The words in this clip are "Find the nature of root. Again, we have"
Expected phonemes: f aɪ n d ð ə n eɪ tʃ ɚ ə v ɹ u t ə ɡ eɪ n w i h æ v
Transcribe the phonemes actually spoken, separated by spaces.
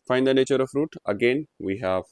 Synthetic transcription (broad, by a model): f aɪ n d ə n eɪ tʃ ɚ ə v ɹ u t ə ɡ eɪ n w i h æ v